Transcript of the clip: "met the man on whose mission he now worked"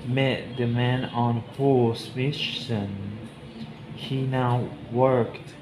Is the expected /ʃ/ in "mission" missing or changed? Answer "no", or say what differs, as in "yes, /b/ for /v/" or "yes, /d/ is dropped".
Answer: yes, /s/ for /ʃ/